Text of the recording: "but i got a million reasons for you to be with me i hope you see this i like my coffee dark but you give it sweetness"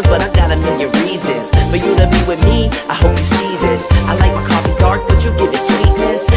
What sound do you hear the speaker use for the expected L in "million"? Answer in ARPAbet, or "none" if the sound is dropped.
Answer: N